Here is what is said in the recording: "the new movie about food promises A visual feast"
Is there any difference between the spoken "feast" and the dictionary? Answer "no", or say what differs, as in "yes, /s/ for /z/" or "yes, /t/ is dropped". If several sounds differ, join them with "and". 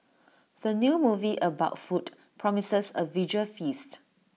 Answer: no